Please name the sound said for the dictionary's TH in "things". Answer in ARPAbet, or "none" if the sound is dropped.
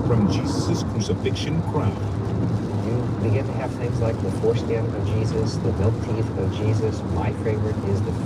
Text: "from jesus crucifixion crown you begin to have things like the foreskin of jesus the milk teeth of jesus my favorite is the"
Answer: TH